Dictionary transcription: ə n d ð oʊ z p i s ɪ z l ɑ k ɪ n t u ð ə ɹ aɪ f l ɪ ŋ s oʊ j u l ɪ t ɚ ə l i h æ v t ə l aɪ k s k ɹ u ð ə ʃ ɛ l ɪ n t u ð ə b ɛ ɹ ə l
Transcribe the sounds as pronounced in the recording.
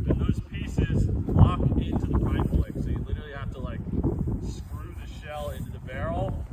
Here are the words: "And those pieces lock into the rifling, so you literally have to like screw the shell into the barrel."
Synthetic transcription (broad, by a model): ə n ð oʊ z p i s ɪ z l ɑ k ɪ n t u ð ə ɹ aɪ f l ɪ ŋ s oʊ j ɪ l ɪ t ɚ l i h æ f t ə l aɪ k s k ɹ u ð ə ʃ ɛ l ɪ n t u ð ə b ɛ ɹ l